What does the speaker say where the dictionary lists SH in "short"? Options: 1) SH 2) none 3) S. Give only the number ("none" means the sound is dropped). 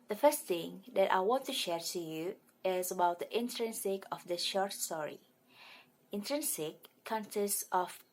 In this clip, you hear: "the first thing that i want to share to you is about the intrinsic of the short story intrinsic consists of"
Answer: 1